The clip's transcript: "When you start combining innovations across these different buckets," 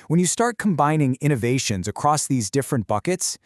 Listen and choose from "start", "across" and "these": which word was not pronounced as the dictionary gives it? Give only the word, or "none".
none